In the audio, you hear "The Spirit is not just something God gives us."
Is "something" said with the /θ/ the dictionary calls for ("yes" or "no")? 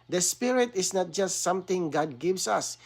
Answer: no